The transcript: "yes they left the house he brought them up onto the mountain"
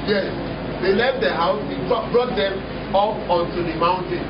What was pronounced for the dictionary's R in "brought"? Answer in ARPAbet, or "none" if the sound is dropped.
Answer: R